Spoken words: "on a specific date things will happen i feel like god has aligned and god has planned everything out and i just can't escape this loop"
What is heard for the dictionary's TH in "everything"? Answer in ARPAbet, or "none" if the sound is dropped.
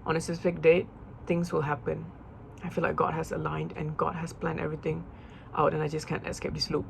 T